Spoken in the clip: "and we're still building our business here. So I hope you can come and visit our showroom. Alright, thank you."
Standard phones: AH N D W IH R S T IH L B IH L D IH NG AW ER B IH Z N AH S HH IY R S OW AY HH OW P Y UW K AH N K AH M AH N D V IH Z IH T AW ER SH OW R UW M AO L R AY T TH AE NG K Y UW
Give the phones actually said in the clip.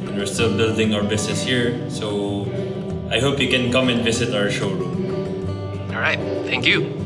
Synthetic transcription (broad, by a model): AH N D W IH R S T IH L B IH L D IH NG AW ER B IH S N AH S HH IY R S OW AY HH OW P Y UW K AH N K AH M AH N D V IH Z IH T AW ER SH OW R UW M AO R AY T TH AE NG K Y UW